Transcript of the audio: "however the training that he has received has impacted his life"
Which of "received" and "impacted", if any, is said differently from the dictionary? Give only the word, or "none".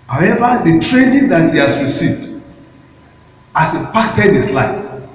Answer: impacted